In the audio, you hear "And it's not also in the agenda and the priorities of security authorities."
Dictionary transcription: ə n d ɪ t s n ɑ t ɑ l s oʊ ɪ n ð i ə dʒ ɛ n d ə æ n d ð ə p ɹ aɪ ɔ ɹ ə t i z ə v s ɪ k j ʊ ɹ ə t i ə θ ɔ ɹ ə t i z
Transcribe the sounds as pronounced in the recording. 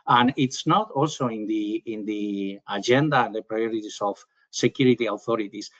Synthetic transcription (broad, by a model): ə n ɪ t s n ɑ t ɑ l s oʊ ɪ n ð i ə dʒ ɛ n d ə n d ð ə p ɹ aɪ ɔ ɹ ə t i s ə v s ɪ k j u ɹ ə t i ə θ ɔ ɹ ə t i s